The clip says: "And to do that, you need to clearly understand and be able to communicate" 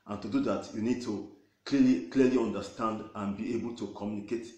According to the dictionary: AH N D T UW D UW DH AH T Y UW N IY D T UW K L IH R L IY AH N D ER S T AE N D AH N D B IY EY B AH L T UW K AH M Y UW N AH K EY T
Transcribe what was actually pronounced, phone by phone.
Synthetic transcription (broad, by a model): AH N T UW D UW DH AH T Y UW N IY D T UW K L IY L L IY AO N D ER S T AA N D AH N B IY EY B AH L T UW K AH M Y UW N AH K EY T